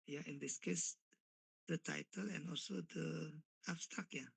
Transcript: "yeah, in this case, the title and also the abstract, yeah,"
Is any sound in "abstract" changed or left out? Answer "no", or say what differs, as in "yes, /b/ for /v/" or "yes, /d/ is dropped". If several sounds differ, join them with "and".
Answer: yes, /ɹ/ is dropped